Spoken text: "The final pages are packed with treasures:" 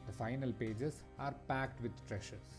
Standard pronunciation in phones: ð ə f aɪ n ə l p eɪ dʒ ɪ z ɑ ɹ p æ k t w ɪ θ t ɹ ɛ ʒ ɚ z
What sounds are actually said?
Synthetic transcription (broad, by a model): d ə f aɪ n ə l p eɪ dʒ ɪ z ɑ ɹ p æ k t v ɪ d t ɹ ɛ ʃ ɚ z